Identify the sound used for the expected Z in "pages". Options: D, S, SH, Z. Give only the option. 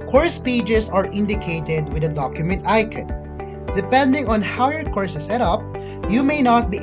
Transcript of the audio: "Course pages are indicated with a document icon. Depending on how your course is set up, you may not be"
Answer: S